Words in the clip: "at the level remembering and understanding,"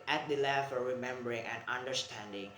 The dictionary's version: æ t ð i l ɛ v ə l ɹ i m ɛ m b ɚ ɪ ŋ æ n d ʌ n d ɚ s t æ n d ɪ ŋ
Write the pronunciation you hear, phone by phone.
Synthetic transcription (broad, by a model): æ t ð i l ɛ f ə ɹ i m ɛ m b ɚ ɪ ŋ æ n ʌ n d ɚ s t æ n d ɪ ŋ